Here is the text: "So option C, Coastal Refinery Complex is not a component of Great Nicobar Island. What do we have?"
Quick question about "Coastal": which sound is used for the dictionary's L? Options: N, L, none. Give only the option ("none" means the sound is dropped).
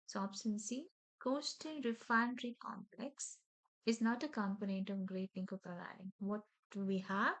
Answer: N